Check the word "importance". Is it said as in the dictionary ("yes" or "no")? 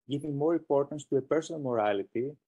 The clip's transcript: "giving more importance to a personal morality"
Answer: yes